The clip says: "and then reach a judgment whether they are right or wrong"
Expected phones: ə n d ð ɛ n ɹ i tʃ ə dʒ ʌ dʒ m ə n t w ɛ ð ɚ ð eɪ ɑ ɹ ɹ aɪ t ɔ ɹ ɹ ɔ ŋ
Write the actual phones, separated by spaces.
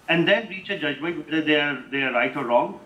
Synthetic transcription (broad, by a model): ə n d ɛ n ɹ i tʃ ə dʒ ʌ dʒ m ə n t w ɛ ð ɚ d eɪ ɑ ɹ ɹ aɪ t ɔ ɹ ɹ ɔ ŋ